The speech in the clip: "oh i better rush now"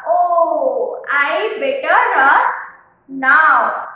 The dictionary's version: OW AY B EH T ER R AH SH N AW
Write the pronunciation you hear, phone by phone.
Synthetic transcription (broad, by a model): OW AY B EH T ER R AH S N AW